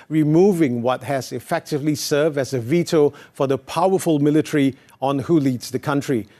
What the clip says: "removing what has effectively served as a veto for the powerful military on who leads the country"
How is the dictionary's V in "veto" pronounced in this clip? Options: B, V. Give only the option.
V